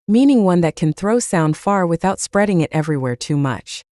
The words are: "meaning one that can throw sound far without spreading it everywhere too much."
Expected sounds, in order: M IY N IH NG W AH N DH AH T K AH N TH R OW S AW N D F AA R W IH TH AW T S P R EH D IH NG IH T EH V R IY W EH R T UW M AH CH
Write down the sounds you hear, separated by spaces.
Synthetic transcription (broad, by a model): M IY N IH NG W AH N DH AH T K AH N TH R OW S AW N D F AA R W IH TH AW T S P R EH D IH NG IH T EH V R IY W EH R T UW M AH CH